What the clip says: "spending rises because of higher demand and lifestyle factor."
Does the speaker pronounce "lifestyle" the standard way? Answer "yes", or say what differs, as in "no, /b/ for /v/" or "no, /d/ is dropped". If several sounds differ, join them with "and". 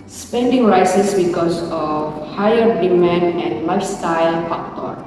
yes